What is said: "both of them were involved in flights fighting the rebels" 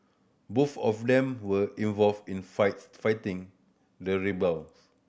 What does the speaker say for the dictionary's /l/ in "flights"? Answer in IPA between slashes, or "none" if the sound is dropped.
none